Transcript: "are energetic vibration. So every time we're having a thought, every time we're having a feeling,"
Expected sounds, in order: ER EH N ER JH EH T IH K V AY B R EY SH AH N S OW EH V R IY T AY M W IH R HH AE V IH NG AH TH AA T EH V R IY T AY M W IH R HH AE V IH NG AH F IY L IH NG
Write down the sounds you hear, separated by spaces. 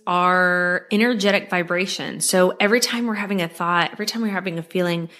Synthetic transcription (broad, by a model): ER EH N ER JH EH T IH K V AY B R EY SH AH N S OW EH V R IY T AY M W IH R HH AE V IH NG AH TH AA T EH V R IY T AY M W IH R HH AE V IH NG AH F IY L IH NG